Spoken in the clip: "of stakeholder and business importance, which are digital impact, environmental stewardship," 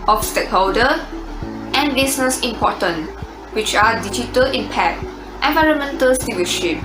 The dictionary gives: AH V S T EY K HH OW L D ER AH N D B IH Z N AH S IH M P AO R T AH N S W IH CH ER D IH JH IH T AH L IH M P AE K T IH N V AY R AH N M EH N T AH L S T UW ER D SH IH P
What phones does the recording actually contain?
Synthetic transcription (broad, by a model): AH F S T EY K HH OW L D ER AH N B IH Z N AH S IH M P AO T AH N W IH CH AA D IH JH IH T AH L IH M P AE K T IH N V AY R AH N M EH N T AH L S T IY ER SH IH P